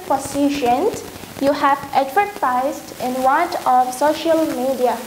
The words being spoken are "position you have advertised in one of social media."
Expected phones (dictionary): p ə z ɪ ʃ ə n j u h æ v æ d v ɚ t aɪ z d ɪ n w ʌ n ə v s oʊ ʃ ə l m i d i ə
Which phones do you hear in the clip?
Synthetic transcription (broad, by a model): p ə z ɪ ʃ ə n j u h æ v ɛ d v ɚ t aɪ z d ɪ n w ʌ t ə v s oʊ ʃ ə l m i d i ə